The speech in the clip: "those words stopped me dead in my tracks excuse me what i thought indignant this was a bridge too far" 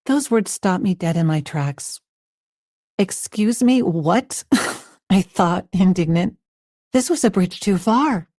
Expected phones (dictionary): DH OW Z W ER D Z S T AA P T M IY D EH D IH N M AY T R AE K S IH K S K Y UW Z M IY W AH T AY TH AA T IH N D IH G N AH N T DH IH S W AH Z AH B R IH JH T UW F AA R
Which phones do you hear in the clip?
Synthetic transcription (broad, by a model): DH OW Z W ER D Z S T AA P M IY D EH D IH N M AY T R AE K S IH K S K Y UW Z M IY W AH T AY TH AA T IH N D IH G N AH N T DH IH S W AH Z AH B R IH JH T UW F AA R